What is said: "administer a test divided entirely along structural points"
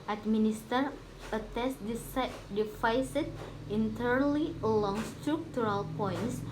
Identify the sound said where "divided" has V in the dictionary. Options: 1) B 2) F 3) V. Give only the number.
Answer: 2